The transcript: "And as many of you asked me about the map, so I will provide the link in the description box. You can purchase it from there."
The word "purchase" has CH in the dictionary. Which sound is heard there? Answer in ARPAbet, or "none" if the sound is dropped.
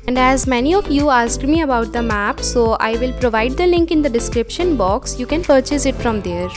CH